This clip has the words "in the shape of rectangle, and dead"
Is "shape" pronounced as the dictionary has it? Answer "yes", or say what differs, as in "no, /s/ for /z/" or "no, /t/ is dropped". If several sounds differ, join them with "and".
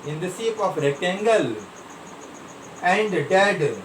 no, /s/ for /ʃ/